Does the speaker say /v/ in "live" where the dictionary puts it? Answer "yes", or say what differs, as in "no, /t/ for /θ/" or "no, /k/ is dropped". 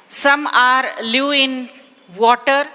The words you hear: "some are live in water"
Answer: no, /v/ is dropped